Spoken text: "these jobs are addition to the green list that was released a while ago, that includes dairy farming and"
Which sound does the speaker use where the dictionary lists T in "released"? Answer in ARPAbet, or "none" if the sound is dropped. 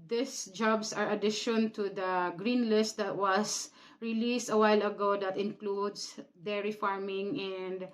T